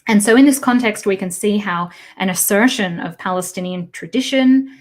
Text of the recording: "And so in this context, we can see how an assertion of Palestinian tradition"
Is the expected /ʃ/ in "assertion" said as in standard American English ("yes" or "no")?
yes